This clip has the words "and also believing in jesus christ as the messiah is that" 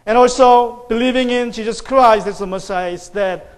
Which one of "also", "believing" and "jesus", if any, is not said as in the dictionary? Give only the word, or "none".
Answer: jesus